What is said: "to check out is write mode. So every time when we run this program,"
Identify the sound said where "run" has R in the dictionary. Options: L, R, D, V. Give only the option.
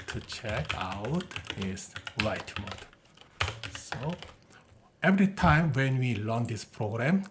L